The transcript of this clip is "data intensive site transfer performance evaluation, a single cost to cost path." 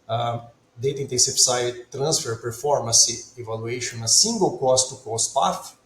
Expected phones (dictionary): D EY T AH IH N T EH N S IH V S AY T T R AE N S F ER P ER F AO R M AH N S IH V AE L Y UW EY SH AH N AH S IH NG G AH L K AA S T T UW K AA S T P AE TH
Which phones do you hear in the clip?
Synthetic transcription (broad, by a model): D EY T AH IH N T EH S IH P S AY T T R AE N S F ER P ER F AO R M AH S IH V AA L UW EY SH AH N AH S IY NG G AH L K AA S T T UW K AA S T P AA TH